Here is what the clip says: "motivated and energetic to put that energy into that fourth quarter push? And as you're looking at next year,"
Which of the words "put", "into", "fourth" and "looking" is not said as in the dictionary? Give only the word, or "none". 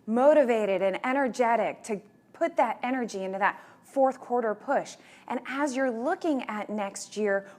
none